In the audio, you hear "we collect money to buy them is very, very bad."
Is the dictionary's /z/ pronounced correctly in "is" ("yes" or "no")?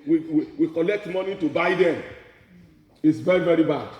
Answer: no